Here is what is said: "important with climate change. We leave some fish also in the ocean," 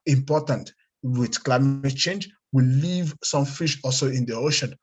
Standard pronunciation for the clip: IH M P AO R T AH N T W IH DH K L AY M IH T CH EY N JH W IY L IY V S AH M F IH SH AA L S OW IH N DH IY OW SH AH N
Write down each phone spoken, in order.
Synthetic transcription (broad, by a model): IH M P AO T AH N T W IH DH K L AY M IH T CH EY N JH W IY L IY V S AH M F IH SH AA L S OW IH N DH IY OW SH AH N